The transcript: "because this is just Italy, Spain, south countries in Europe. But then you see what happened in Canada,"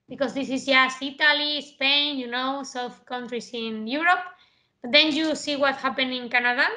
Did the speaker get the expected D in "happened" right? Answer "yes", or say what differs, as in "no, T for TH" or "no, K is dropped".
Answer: no, D is dropped